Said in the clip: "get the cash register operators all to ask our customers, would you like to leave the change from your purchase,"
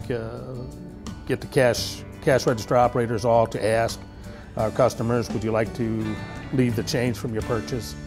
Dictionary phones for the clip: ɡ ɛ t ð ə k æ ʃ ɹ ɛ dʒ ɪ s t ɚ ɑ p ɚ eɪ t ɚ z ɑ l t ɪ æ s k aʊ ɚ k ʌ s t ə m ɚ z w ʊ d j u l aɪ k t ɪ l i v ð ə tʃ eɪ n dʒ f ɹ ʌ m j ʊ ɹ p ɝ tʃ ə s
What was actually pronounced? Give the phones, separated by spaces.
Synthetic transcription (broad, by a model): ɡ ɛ t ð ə k æ ʃ ɹ ɛ dʒ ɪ s t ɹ ɑ p ɚ eɪ t ɚ z ɑ l t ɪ æ s k aʊ ɚ k ʌ s t ə m ɚ z w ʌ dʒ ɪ l aɪ k t ɪ l i v ð ə tʃ eɪ n z f ɹ ʌ m j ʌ ɹ p ɝ tʃ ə s